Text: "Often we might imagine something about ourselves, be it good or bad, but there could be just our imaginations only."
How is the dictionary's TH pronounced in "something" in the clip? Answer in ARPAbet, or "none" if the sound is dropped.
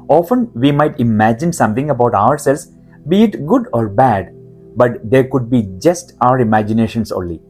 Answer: T